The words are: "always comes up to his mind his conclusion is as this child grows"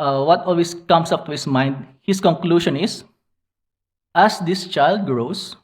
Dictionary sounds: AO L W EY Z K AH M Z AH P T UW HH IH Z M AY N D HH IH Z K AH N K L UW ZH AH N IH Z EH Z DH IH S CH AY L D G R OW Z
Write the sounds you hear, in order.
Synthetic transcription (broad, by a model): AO L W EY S K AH M S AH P T UW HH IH S M AY N D HH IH S K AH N K L UW SH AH N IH S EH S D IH S CH AY L D G R OW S